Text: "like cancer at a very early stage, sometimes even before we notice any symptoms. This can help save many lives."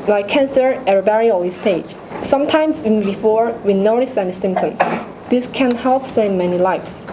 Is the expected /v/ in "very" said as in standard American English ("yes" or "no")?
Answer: no